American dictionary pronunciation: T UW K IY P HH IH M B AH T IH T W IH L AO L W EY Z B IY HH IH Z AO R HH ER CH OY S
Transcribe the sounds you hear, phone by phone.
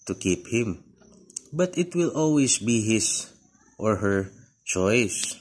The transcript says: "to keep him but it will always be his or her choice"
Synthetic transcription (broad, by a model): T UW K IY P HH IH M B AH T IH T W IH L AO L W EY S B IY HH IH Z AO R HH ER CH OY S